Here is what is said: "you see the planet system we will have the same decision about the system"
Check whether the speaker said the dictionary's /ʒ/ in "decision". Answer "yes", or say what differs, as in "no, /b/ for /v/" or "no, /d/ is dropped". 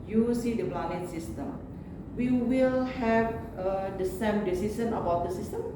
no, /s/ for /ʒ/